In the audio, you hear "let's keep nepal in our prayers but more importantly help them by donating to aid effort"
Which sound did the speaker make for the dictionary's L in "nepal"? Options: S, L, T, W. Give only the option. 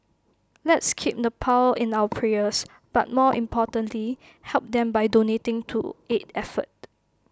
W